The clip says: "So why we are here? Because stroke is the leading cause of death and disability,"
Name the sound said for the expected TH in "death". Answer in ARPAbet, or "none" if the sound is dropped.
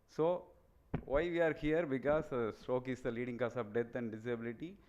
T